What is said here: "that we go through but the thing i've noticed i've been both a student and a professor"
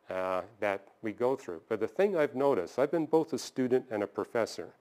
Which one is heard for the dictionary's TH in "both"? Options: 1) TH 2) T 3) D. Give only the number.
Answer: 1